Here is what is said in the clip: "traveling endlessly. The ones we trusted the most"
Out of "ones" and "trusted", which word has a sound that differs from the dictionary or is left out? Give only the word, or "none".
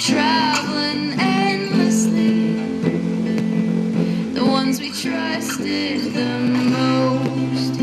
none